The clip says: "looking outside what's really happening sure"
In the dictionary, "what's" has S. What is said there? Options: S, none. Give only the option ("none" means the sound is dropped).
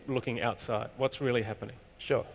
S